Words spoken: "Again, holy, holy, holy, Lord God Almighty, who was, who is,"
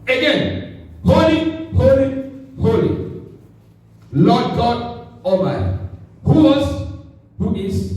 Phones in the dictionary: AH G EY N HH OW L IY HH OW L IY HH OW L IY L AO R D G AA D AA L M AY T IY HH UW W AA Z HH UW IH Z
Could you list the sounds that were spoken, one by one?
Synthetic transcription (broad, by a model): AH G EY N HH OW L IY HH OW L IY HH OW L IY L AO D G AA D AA M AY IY HH UW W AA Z HH UW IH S